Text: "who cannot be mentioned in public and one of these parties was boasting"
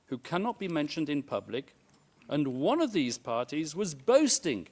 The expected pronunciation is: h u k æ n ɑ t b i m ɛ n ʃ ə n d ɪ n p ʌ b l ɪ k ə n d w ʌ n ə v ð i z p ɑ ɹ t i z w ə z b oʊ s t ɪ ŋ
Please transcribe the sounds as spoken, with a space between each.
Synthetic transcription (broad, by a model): h u k æ n ɑ t b i m ɛ n ʃ ə n d ɪ n p ʌ b l ɪ k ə n w ʌ n ə v ð i z p ɑ ɹ t i z w ə z b oʊ s t ɪ ŋ